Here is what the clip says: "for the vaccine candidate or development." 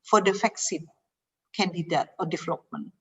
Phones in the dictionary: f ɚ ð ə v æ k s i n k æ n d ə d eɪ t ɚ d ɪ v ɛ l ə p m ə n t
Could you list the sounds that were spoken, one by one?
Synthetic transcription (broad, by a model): f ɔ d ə f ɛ k s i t k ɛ n d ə d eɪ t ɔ d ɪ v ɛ l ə p m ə n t